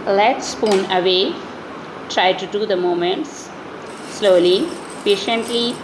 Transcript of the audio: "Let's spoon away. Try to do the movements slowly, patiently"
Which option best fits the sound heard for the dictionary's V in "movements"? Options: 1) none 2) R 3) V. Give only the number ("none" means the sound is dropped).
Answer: 1